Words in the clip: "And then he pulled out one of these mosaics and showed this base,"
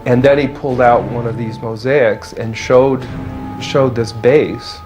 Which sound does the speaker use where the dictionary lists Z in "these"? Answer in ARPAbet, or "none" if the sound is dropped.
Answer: Z